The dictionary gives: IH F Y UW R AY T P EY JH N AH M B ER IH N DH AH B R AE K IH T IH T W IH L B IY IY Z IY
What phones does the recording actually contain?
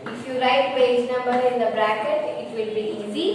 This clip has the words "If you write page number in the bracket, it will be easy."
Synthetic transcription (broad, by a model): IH F Y UW R AY T B EY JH N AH M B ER IH N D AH B R AE K IH T IH T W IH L B IY IY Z IY